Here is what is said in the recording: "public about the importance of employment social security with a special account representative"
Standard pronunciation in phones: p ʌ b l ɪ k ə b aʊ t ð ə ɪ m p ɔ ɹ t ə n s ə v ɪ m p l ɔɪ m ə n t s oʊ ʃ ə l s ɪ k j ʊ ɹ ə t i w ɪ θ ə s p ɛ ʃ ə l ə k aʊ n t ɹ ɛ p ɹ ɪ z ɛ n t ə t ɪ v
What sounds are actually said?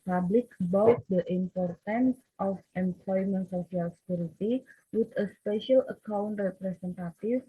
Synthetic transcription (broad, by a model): p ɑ b l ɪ k b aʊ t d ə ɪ m p ɔ ɹ t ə n s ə f ɪ m p l ɔɪ m ə n t s oʊ s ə l s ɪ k j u ɹ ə t i w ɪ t ə s p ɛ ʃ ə l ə k aʊ n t ɹ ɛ p ɹ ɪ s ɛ n t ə t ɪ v